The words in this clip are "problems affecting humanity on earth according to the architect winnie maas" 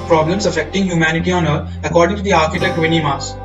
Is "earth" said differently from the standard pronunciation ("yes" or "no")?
yes